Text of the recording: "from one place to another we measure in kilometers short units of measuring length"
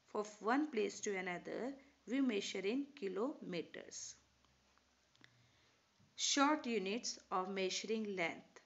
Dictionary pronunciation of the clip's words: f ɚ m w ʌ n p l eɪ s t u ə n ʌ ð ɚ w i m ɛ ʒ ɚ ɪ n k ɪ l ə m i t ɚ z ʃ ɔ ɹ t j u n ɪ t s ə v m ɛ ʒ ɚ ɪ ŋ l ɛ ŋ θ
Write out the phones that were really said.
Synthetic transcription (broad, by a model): f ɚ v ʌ n p l eɪ s t u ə n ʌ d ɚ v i m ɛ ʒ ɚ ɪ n k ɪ l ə m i t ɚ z ʃ ɔ ɹ t j u n ɪ t s ə v m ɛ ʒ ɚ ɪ ŋ l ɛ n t